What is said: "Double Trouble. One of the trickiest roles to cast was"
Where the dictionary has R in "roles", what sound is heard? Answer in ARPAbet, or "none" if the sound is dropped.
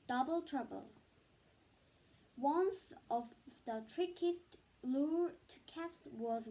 L